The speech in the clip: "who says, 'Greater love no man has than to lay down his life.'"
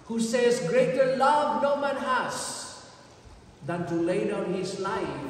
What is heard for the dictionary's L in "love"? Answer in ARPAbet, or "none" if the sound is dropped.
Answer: L